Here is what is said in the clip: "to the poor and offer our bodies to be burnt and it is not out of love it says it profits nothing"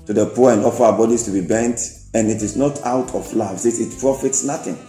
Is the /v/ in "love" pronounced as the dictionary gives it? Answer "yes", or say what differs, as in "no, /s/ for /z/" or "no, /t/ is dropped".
no, /v/ is dropped